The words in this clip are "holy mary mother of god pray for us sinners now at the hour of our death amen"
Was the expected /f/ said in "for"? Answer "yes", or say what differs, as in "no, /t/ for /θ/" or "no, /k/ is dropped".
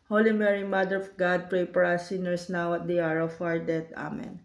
no, /p/ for /f/